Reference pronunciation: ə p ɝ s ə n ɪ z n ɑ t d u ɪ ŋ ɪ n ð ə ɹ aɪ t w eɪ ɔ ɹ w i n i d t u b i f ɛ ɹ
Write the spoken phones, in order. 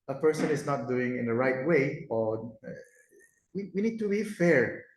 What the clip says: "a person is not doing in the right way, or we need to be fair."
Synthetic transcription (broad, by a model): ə p ɝ s ə n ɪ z n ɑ t d u ɪ ŋ ɪ n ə ɹ aɪ t w eɪ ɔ w w i n i d t u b i f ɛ ɹ